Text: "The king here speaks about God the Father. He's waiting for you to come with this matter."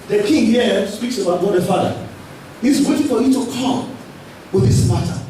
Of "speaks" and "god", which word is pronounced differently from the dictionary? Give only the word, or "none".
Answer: none